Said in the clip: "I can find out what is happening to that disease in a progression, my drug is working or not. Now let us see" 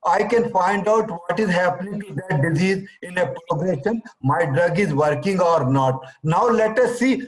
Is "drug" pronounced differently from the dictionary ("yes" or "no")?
no